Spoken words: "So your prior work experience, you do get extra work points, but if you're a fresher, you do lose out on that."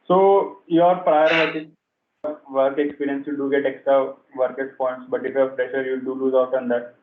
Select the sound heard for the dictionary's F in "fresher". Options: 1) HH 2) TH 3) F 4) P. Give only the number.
4